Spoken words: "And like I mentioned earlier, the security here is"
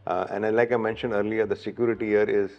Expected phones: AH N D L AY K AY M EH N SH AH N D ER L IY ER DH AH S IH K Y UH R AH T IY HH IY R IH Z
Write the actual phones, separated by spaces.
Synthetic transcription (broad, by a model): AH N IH L AY K AY M EH N SH AH N D ER L IY ER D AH S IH K Y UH R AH T IY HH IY R IH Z